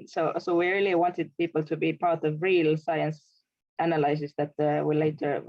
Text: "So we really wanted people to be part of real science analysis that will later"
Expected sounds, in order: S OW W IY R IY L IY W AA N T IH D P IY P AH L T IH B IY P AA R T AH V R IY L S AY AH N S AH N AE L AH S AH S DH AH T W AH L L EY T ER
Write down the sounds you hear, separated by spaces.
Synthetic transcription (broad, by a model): S OW W IY R IY L IY W AA N T IH D P IY P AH L T IH B IY P AA R T AH V R IY L S AY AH N S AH N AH L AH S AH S DH AH T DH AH W L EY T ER